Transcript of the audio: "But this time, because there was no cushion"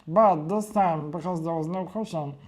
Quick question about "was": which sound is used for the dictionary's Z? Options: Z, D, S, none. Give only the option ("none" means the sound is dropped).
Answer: Z